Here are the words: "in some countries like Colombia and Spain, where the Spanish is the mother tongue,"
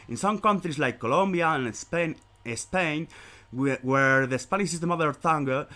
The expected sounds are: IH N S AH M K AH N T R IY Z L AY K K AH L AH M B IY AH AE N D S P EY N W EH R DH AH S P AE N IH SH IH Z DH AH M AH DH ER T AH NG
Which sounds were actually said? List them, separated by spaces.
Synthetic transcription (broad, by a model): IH N S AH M K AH N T R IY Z L AY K K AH L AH M B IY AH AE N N S P EY N W EH R DH AH S P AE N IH S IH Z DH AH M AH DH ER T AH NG